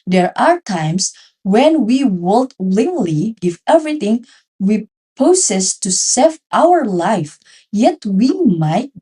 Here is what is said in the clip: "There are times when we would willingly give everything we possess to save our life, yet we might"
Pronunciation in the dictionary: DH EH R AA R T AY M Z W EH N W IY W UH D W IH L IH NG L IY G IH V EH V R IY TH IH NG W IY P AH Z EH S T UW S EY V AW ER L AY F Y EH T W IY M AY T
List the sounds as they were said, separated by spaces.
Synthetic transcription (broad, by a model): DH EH R AA R T AY M S W EH N W IY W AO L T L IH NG L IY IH F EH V R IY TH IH NG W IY P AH S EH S T UW S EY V AW ER L AY F Y EH T W IY M AY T